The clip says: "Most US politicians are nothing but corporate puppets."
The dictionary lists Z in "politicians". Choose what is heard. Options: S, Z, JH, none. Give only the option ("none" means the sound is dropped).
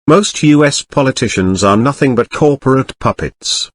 Z